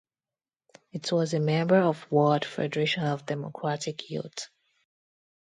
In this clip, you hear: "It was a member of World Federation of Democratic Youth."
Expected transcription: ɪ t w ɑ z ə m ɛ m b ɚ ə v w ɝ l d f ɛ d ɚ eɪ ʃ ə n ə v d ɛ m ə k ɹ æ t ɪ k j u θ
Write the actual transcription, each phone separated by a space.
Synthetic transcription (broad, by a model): ɪ t w ɑ z ə m ɛ m b ɚ ə v w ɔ d f ɛ d ɚ eɪ ʃ ə n ə v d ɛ m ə k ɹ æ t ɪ k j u t